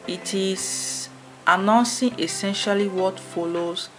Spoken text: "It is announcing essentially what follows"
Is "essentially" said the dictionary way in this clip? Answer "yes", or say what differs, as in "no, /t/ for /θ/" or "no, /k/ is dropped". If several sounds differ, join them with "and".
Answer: yes